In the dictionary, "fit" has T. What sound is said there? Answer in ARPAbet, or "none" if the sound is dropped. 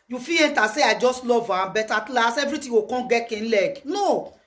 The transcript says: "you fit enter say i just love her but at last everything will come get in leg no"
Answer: none